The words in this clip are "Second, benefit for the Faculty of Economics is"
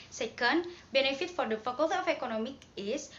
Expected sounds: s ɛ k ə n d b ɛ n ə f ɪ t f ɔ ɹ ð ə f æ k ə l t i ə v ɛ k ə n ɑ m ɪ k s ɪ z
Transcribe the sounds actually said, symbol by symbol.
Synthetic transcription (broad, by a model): s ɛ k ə n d b ɛ n ə f ɪ t f ɔ ɹ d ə f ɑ k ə l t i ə f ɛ k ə n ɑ m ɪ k ɪ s